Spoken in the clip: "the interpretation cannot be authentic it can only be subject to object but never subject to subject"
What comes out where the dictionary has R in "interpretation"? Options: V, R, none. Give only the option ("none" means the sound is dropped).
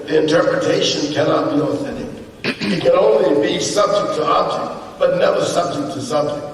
R